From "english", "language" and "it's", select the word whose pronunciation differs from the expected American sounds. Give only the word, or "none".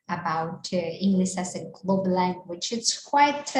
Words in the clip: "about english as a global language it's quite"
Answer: language